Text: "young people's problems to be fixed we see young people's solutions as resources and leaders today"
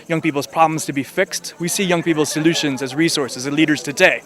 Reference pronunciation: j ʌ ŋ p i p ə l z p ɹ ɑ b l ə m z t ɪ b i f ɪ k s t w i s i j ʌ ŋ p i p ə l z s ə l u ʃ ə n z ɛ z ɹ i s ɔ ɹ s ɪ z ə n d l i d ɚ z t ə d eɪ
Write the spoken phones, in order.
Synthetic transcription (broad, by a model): j ʌ ŋ p i p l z p ɹ ɑ b l ə m z t ɪ b i f ɪ k s t w i s i j ʌ ŋ p i p ə l z s ə l u ʃ ə n z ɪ z ɹ i s ɔ ɹ s ɪ z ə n l i d ɚ z t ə d eɪ